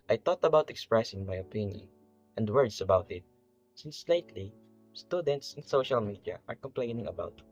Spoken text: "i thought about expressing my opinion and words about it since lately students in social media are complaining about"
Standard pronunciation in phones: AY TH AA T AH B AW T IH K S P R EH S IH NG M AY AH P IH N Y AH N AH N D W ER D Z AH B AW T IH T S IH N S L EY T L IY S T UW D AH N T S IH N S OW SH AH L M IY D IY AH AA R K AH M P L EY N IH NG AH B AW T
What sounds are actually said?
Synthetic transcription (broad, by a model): AY T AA T AH B AW T IH K S P R EH S IH NG M AY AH P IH N Y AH N AH N D W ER D S AH B AW T IH T S IH N S L EY T L IY S T UW D AH N T S IH N S OW SH AH L M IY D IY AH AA R K AH M P L EY N IH NG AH B AW T